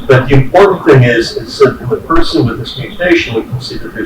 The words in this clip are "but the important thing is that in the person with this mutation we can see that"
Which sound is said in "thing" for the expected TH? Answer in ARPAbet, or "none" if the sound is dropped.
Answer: TH